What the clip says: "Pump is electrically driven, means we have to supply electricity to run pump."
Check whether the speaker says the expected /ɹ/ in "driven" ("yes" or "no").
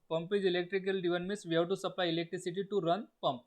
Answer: no